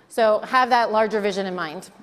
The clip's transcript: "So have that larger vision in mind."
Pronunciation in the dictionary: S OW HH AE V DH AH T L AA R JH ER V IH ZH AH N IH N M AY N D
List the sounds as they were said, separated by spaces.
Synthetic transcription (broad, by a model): S OW HH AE V DH AH T L AA R JH ER V IH ZH AH N IH N M AY N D